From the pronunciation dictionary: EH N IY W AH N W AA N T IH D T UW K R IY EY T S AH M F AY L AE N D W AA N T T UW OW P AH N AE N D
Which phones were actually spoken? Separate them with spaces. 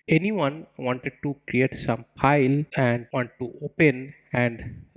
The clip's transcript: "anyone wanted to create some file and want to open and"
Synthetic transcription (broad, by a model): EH N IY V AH N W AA N T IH D T UW K R IY EY T S AH M P AY L AE N D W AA N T T UW OW P AH N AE N D